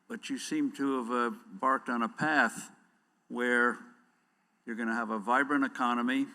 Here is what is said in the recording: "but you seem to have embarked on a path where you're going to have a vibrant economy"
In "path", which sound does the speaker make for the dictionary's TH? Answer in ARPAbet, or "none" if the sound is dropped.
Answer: TH